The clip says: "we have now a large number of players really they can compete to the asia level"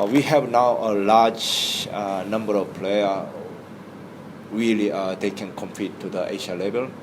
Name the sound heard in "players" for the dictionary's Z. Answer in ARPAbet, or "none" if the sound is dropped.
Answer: none